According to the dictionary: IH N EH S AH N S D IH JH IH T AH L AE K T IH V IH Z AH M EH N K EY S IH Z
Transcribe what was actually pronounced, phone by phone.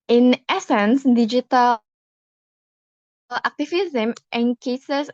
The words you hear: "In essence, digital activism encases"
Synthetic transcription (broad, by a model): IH N EH S AH N S D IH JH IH T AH L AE K T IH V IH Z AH M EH N K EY S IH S